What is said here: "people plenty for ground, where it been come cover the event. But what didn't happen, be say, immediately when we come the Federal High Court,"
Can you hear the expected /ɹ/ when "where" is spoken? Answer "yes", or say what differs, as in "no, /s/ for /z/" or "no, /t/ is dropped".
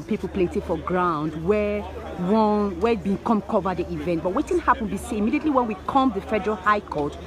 no, /w/ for /ɹ/